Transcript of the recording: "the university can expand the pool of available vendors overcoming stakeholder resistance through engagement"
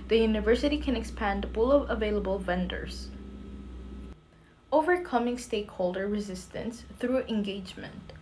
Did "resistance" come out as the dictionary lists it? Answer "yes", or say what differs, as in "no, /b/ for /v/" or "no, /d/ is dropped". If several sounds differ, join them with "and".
yes